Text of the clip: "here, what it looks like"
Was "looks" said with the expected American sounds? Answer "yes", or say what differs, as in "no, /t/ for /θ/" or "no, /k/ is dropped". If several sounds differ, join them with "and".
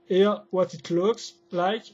yes